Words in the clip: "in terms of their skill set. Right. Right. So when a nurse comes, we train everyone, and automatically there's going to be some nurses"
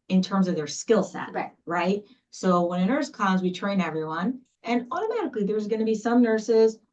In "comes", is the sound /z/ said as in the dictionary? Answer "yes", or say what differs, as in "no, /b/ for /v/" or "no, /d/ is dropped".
yes